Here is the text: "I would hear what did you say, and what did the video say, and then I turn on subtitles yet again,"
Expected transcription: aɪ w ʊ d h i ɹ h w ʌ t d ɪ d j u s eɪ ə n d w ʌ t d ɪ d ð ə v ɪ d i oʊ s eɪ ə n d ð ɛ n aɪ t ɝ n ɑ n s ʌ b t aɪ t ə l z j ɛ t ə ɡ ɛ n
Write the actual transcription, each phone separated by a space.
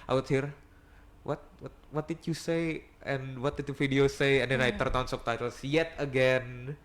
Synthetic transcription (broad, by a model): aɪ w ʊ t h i ɹ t w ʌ t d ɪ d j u s eɪ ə n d w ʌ t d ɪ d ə f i d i oʊ s eɪ ə n d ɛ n aɪ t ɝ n ɑ n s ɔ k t aɪ t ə l s j ɛ t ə ɡ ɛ n